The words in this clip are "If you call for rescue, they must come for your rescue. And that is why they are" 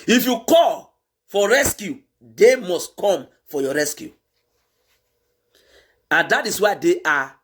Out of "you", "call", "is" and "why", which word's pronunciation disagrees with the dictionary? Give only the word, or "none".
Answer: is